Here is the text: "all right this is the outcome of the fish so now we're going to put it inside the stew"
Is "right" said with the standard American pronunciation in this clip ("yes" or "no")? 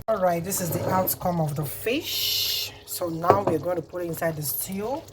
yes